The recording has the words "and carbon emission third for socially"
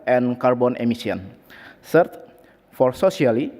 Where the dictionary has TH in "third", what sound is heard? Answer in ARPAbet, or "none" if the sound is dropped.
S